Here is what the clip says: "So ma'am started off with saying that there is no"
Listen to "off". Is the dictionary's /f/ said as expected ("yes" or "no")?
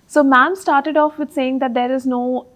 yes